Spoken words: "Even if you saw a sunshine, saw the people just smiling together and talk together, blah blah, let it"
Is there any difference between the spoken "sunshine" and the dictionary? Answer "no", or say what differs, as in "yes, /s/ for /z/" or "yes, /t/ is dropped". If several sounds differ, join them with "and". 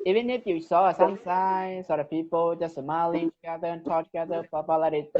yes, /s/ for /ʃ/